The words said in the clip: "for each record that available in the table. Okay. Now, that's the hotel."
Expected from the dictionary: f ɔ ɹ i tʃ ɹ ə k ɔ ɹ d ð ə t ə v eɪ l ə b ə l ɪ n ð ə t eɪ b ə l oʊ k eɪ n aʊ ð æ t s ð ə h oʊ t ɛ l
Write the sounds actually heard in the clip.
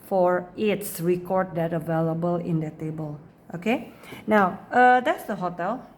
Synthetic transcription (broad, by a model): f ɔ ɹ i s ɹ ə k ɔ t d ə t ə v eɪ l ə b ə l ɪ n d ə t eɪ b ə l oʊ k eɪ n aʊ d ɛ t s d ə h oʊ t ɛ l